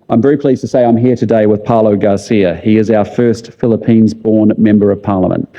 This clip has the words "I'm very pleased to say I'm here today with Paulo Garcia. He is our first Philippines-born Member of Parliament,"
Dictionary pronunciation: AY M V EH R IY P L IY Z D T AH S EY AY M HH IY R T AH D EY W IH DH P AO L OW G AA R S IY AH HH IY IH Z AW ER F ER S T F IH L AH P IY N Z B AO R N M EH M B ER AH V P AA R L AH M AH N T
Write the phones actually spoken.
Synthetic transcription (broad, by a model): AY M V EH R IY P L IY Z T AH S EY AY M HH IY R T AH D EY W IH DH P AO L OW G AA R S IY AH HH IY IH Z AW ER F ER S T F IH L AH P IY N Z B AO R N M EH M B ER AH V P AA R L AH M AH N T